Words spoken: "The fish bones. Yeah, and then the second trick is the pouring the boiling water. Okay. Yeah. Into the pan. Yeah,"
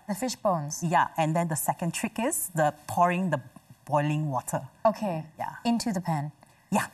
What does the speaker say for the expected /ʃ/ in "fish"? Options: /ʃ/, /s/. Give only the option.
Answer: /ʃ/